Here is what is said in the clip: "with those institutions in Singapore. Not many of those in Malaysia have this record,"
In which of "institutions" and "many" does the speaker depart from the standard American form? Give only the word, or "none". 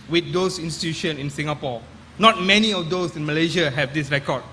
institutions